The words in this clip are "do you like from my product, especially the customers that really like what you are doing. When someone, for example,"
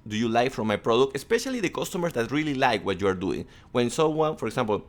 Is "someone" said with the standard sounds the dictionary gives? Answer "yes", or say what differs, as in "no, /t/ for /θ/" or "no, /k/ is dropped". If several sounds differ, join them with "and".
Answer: no, /m/ is dropped